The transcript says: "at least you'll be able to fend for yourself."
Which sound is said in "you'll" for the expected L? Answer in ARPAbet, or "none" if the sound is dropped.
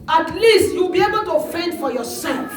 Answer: W